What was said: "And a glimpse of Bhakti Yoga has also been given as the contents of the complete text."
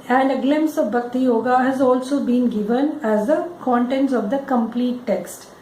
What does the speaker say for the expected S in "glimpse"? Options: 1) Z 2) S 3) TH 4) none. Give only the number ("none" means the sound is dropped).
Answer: 2